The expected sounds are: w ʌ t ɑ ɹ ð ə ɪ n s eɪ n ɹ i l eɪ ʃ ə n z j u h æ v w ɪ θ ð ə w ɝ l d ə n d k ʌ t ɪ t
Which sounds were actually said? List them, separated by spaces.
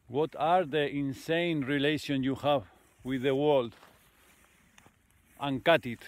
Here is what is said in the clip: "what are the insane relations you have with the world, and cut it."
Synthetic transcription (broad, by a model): w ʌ t ɑ ɹ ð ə ɪ n s eɪ n ɹ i l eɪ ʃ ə n j u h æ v w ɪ ð ə w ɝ l d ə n k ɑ t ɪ t